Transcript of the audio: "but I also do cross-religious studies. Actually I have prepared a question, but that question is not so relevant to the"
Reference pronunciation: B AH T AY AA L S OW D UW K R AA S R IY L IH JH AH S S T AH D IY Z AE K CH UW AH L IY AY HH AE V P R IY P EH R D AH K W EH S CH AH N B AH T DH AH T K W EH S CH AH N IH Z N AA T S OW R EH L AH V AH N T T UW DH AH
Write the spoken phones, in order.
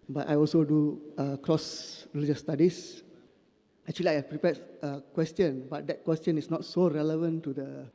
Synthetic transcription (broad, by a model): B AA T AY AA L S OW D UW K R AA S R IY L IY JH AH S S T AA D IY S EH K CH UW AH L IY AY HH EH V P R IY P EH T AH K W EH S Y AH N B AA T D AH T K W EH S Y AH N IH S N AA T S OW R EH L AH V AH N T T UW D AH